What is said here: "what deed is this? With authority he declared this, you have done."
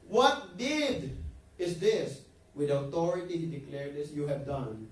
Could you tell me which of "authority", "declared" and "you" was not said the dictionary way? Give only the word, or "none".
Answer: authority